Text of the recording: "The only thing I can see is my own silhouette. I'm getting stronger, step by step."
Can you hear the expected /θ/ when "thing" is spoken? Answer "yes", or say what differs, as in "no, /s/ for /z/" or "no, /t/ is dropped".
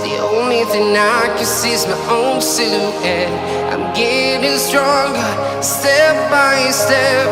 yes